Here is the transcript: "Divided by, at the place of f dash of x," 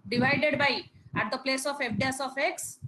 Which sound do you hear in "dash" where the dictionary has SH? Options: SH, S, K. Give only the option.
S